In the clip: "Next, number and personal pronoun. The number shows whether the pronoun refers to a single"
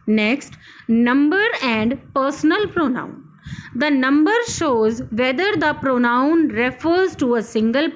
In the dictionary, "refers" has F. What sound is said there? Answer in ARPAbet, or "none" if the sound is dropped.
F